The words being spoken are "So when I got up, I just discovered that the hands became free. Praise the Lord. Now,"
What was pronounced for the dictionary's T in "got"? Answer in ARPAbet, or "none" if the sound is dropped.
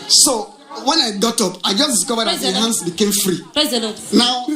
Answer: T